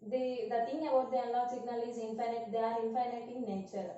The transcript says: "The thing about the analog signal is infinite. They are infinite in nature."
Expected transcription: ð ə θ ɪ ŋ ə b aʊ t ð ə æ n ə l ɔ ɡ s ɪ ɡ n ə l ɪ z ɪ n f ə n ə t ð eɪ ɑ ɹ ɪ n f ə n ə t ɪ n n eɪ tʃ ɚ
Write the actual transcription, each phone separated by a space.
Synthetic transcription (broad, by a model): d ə t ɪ ŋ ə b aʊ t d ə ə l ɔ s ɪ ɡ n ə l ɪ z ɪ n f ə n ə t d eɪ ɑ ɹ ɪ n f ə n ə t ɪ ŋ n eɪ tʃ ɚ